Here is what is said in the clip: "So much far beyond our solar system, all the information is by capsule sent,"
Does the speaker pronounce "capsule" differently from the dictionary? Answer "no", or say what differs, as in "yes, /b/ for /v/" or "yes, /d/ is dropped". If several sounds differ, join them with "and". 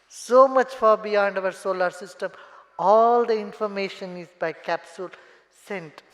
no